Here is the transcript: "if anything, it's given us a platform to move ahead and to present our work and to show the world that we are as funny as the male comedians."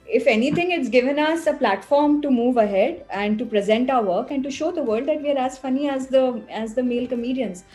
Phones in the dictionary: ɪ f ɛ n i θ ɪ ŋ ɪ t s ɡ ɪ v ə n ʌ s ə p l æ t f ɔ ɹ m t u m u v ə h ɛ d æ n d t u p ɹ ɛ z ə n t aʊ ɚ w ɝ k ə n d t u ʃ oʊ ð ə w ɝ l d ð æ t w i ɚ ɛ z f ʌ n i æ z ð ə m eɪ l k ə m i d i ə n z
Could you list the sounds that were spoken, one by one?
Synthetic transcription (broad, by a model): ɪ f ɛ n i t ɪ ŋ ɪ t s ɡ ɪ v ə n ʌ s ə p l æ t f ɔ ɹ m t u m u v ə h ɛ d æ n d t u p ɹ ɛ z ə n t aʊ ɚ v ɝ k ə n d t u ʃ oʊ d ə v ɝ l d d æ t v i ɚ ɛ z f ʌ n i æ z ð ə m eɪ l k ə m i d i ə n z